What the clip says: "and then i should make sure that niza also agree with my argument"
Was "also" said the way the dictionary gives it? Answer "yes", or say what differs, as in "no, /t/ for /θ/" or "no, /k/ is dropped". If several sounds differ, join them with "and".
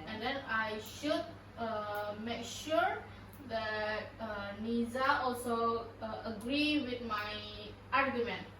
yes